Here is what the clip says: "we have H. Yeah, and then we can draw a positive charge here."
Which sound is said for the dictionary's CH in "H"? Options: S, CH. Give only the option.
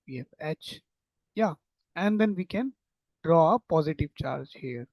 CH